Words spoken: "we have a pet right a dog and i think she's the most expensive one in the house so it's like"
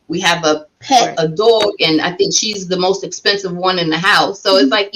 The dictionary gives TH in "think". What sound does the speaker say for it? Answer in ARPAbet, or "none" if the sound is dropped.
TH